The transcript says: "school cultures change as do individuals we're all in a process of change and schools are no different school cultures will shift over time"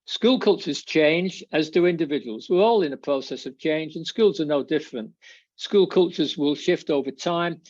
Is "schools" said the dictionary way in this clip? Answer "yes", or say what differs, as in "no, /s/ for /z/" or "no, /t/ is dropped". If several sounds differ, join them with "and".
yes